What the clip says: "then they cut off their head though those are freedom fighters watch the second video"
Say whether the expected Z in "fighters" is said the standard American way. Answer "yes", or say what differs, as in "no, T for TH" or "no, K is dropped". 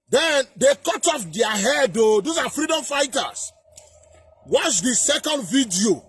no, S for Z